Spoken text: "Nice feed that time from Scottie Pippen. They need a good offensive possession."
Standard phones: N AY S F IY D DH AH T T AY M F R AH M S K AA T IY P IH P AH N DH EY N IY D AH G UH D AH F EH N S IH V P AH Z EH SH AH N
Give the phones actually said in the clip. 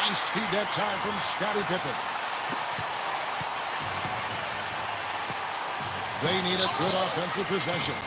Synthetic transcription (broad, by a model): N S P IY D DH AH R T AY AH F R AH M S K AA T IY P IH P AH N DH EY N IY D AH G UH D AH F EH N S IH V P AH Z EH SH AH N